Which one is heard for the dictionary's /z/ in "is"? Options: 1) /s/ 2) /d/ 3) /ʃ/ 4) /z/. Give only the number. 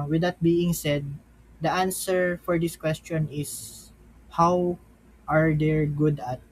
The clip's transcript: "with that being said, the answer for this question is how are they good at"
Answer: 1